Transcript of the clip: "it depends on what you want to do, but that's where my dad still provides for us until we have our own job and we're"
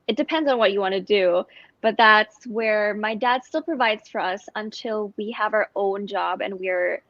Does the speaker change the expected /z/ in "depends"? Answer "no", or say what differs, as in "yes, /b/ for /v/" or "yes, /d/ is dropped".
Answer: no